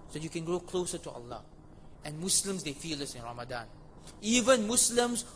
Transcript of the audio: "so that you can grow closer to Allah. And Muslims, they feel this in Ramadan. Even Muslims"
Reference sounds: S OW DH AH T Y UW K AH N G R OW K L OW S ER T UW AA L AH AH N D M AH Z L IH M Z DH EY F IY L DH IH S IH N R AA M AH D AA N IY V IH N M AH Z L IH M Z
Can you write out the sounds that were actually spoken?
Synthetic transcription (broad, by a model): S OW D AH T Y UW K AH N G R OW K L OW S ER T UW AA L AH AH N M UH S L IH M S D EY F IY L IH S IH N R AA M AH D AA N IY V IH N M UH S L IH M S